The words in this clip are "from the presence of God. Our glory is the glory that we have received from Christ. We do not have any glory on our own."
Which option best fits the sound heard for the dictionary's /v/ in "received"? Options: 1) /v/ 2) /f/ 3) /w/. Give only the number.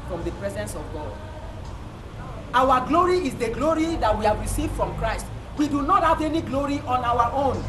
1